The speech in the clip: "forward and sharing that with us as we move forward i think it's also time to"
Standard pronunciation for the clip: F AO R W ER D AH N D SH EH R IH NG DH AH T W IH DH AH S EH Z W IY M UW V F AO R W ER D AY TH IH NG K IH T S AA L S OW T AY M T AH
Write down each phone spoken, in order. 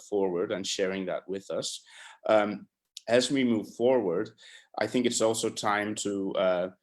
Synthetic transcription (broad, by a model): F AO R W ER D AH N SH EH R IH NG DH AH T W IH DH AH S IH Z W IY M UW V F AO R W ER D AY TH IH NG K IH T S AA L S OW T AY M T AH